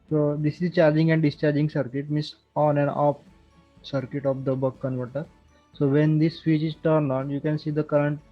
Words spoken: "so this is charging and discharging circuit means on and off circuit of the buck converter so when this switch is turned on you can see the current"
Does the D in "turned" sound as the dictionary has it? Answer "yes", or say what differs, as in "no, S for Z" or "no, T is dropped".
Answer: no, D is dropped